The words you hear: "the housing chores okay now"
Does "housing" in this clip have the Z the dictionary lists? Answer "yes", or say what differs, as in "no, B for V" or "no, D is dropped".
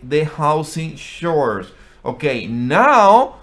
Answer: no, S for Z